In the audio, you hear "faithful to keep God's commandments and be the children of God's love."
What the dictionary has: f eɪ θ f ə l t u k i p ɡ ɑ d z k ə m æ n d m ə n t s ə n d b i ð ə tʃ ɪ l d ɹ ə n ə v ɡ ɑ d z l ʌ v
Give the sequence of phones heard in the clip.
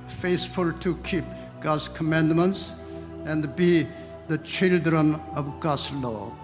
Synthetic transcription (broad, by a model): f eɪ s f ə l t u k i p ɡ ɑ d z k ə m æ n d m ə n t s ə n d b i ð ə tʃ ɪ l d ɹ ə n ə v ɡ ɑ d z l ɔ